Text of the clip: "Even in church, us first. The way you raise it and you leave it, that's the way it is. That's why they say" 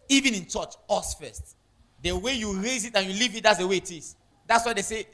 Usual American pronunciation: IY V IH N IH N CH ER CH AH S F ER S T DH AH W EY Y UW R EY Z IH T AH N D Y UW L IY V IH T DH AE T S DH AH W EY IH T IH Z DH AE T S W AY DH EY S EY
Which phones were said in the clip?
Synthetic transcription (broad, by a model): IY V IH N IH N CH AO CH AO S F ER S T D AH W EY Y UW R EY Z IH T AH N Y UW L IY V IH T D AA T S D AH W EY IH T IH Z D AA T S W AY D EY S EY